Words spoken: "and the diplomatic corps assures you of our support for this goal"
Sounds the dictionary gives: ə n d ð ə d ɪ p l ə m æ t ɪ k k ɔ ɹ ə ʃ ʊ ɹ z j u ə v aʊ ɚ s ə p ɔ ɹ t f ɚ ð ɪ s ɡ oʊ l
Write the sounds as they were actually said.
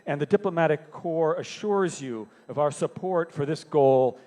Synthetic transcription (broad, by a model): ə n ð ə d ɪ p l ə m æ t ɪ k k ɔ ɹ ə ʃ ʊ ɹ z j u ə v aʊ ɚ s ə p ɔ ɹ t f ɚ ð ɪ s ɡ oʊ l